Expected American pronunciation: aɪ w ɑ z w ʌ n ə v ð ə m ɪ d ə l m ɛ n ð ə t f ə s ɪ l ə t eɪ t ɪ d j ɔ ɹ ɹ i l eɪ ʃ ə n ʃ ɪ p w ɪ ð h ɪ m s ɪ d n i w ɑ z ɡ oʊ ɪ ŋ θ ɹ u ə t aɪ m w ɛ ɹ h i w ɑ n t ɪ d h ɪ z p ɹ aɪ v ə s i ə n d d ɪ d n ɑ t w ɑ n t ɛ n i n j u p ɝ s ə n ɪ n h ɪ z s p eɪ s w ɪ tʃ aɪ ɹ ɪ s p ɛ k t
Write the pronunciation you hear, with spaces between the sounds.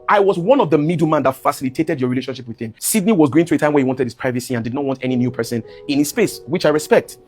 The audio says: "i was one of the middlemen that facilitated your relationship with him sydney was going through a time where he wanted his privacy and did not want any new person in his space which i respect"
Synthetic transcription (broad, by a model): aɪ w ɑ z w ʌ n ə v ð ə m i d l m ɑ n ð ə t f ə s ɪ l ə t eɪ t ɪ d j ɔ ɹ ɹ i l eɪ ʃ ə n ʃ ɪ p w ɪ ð h ɪ m s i d n i w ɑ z ɡ oʊ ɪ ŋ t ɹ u ə t aɪ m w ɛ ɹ h i w ɑ n t ɪ d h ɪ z p ɹ aɪ v ə s i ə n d d ɪ d n ɑ t w ɑ n t ɛ n i n j u p ɝ s ə n ɪ n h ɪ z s p eɪ s w ɪ tʃ aɪ ɹ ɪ s p ɛ k t